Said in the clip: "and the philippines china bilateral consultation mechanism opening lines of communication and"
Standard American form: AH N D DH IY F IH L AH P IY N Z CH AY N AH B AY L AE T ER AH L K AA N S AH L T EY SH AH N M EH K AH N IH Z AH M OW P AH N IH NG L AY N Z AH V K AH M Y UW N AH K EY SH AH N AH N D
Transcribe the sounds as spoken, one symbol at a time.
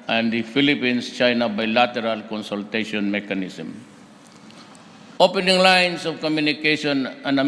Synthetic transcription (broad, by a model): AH N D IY F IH L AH P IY N S CH AY N AH B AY L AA T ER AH L K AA N S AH L T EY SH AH N M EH K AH N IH S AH M OW P AH N IH NG L AY N S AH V K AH M Y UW N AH K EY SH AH N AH N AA